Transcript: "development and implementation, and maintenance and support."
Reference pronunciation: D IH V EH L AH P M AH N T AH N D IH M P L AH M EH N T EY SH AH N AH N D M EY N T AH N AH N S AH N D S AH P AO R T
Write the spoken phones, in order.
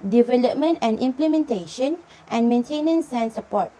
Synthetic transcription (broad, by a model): D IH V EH L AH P M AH N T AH N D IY M P L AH M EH N T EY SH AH N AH N M EY N T AH N AH N S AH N S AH P AO T